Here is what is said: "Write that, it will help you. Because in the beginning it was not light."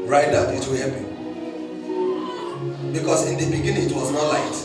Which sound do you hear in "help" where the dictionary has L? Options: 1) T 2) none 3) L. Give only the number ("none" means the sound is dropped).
2